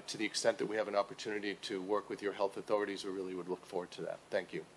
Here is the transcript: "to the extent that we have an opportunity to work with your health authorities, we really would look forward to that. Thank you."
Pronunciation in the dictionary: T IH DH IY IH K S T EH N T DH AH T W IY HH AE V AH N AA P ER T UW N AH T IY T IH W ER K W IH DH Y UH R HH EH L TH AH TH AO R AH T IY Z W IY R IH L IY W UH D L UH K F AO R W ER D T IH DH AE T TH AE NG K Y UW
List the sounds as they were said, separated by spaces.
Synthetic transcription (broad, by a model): T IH DH IY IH K S T EH N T DH AH T W IY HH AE V AH N AA P ER T UW N AH T IY T IH W ER K W IH DH Y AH R HH EH L TH AH TH AO R AH T IY Z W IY R IH L IY W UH D L UH K F AO R W ER D T IH DH AE T TH AE NG K Y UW